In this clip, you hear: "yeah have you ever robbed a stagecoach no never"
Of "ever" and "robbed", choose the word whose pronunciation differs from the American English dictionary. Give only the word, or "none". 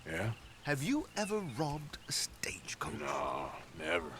none